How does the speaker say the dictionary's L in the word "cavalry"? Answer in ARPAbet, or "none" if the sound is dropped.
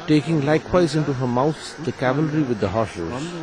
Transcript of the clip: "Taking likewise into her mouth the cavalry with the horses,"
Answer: L